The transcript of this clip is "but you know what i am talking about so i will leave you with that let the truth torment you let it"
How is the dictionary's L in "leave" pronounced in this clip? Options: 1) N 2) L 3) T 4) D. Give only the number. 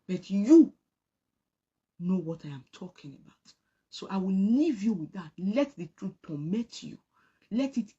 1